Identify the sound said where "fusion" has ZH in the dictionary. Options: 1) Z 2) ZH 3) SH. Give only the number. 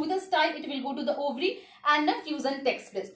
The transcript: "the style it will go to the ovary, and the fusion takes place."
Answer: 1